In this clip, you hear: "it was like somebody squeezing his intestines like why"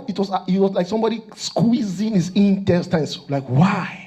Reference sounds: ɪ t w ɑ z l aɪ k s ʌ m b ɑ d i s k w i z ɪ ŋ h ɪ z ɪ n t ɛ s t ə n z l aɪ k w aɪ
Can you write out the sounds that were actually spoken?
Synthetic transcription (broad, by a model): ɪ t w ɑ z l aɪ k s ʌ m b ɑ d i s k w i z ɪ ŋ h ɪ s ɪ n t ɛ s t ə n s l aɪ k w aɪ